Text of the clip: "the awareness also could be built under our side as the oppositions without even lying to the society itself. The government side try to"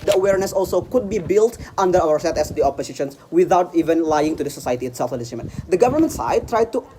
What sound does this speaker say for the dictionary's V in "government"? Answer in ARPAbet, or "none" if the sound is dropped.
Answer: V